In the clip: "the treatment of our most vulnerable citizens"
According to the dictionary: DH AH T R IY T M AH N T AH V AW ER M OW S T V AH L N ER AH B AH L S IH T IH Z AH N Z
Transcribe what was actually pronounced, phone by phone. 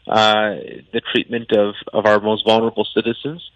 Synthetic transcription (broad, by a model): DH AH T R IY T M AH N T AH V AW ER M OW S T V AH L N ER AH B L S IH T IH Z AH N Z